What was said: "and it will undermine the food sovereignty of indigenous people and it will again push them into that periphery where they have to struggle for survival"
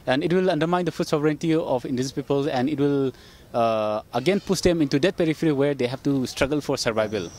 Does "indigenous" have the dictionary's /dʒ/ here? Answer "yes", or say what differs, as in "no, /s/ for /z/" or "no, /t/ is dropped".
no, /dʒ/ is dropped